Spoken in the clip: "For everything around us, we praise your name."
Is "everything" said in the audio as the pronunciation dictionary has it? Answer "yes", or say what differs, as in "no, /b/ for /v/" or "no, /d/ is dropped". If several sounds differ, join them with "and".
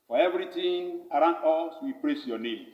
no, /t/ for /θ/